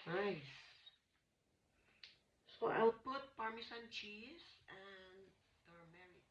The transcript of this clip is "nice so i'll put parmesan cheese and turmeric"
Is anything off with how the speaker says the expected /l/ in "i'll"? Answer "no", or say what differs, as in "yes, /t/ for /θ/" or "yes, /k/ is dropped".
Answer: yes, /w/ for /l/